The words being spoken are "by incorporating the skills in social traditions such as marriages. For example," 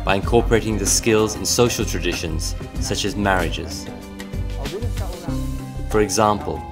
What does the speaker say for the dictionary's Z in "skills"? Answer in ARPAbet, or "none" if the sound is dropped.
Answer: Z